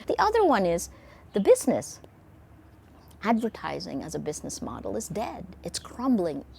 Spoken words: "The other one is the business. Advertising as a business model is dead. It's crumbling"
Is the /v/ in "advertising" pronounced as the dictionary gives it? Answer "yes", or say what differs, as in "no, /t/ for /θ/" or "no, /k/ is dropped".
yes